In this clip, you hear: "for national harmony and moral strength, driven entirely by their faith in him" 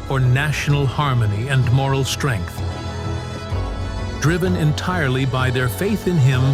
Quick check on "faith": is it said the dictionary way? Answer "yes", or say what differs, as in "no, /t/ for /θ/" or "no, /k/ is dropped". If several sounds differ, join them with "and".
yes